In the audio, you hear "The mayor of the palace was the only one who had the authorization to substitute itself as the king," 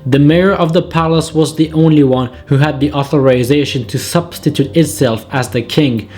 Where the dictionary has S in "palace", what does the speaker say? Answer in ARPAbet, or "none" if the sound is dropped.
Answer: S